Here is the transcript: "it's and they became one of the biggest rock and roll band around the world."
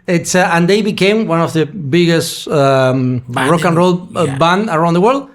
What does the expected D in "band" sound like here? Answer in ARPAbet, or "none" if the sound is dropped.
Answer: none